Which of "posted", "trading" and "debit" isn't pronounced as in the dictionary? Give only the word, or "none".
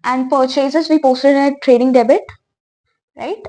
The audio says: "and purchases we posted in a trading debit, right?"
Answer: none